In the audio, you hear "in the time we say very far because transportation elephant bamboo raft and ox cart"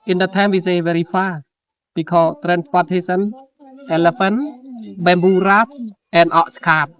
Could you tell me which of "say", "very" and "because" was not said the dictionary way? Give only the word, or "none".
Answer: because